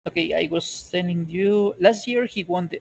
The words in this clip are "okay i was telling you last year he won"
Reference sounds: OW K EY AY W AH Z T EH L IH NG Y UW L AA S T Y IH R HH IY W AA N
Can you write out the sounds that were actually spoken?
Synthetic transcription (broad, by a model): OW K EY AY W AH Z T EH N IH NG Y UW L AA S T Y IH R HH IY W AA N